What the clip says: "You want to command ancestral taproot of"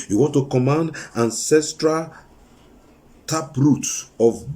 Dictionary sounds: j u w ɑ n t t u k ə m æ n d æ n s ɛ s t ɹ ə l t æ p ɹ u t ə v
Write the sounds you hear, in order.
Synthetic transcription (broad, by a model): j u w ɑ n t t u k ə m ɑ n d æ n s ɛ s t ɹ ə l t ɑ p ɹ u t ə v